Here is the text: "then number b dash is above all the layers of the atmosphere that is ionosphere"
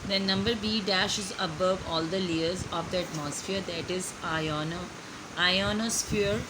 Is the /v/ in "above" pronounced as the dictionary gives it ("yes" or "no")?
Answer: yes